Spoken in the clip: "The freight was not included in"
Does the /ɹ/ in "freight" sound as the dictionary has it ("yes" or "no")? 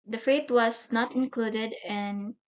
no